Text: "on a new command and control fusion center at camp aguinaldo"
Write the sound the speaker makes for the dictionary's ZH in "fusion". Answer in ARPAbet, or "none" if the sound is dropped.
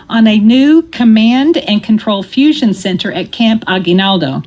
ZH